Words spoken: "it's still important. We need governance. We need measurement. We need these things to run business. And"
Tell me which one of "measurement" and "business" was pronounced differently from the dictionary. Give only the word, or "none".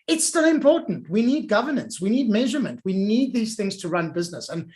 none